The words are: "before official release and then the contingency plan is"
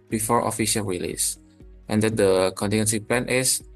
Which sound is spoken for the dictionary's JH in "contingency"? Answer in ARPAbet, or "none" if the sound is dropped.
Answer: none